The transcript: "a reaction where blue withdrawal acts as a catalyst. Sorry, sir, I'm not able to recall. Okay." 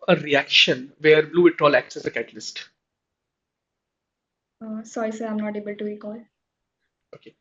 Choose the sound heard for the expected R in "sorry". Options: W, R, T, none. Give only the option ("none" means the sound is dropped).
none